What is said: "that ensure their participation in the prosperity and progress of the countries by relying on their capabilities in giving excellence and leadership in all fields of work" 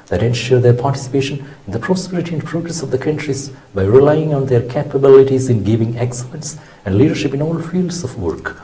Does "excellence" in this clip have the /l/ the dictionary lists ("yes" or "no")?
no